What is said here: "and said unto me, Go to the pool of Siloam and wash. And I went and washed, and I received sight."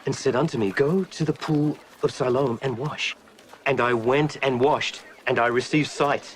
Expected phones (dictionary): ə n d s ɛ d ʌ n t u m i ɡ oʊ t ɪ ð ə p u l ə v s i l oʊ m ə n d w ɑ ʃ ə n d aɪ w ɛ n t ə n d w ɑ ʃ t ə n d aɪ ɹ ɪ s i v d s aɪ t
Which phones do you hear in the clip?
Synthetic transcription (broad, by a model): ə n s ɛ d ʌ n t u m i ɡ oʊ t ɪ ð ə p u l ə v s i l oʊ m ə n w ɑ ʃ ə n aɪ w ɛ n t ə n w ɑ ʃ t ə n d aɪ ɹ ɪ s i v d s aɪ t